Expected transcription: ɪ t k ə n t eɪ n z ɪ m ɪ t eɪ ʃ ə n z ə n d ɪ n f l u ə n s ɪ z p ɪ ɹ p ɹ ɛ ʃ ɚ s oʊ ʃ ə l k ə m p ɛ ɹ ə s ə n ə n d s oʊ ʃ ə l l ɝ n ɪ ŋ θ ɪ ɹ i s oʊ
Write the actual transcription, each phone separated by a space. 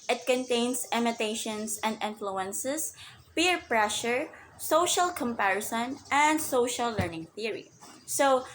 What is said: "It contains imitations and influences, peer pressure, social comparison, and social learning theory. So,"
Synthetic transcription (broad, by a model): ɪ t k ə n t eɪ n s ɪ m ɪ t eɪ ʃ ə n s ə n d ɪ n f l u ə n s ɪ s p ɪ ɹ p ɹ ɛ ʃ ɚ s oʊ ʃ ə l k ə m p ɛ ɹ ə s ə n ə n d s oʊ ʃ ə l l ɝ n ɪ ŋ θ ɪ ɹ i s oʊ